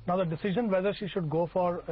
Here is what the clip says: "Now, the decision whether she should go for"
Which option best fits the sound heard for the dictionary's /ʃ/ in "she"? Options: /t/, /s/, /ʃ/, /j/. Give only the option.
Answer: /ʃ/